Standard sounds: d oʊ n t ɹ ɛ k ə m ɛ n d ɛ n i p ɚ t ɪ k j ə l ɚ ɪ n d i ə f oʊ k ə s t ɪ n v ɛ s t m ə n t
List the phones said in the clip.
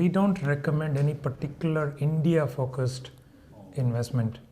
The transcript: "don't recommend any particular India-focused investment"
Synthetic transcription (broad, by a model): d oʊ n t ɹ ɛ k ə m ɛ n d ɛ n i p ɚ t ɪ k j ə l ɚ ɪ n d i ə f oʊ k ə s t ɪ n v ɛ s t m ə n t